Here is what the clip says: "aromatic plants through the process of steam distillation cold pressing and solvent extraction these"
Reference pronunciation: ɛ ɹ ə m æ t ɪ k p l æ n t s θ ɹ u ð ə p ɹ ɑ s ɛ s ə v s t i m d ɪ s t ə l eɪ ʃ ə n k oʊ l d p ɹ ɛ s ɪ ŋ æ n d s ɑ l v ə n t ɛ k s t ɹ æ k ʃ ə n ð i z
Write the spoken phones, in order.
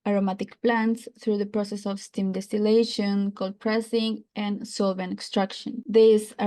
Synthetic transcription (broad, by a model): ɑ ɹ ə m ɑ t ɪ k p l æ n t s θ ɹ u ð ə p ɹ ɑ s ɛ s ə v s t i m d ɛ s t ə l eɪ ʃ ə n k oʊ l p ɹ ɛ s ɪ ŋ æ n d s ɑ l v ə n ɛ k s t ɹ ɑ k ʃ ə n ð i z